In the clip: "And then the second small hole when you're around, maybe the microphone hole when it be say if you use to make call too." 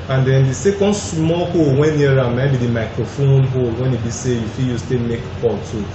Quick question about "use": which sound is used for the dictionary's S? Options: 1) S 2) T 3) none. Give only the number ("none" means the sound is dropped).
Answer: 1